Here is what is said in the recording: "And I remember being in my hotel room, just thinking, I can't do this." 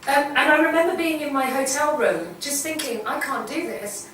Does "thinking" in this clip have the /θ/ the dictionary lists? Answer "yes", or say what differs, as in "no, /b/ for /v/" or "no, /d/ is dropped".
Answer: yes